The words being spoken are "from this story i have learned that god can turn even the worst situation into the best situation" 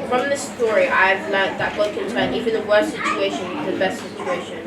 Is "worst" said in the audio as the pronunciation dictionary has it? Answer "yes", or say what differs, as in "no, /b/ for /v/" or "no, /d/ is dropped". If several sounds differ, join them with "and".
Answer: yes